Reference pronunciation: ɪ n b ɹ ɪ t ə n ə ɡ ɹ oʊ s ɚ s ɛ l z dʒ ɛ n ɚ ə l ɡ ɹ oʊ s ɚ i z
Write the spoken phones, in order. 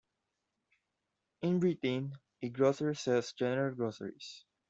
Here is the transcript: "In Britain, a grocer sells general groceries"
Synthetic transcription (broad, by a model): ɪ n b ɹ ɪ t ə n ə ɡ ɹ oʊ s ɚ s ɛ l s dʒ ɛ n ɚ ə l ɡ ɹ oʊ s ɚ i s